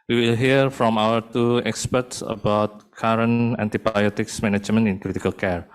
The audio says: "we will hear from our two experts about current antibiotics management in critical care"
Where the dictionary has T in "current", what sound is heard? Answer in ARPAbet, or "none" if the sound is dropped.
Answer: none